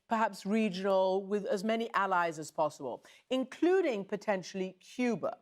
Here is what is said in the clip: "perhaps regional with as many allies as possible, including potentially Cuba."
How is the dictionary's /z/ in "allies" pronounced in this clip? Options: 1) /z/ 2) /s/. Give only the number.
1